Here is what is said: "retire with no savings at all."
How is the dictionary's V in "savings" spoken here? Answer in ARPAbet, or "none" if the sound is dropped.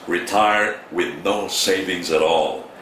V